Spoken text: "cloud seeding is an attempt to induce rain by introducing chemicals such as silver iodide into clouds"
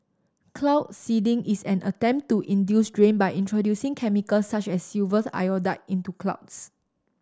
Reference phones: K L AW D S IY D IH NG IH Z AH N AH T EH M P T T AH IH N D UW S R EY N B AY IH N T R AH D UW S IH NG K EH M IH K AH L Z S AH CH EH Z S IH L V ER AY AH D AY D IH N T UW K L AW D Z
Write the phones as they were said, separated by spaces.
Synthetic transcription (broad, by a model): K L AW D S IY D IH NG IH S AH N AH T EH M P T T AH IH N D UW S R EY N B AY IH N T R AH D UW S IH NG K EH M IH K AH L S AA CH EH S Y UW V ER AY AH D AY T IH N T UW K L AW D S